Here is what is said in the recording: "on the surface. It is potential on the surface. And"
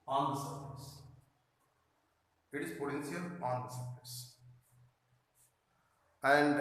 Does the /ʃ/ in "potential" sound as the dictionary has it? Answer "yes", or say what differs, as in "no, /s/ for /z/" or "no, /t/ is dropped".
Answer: no, /s/ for /ʃ/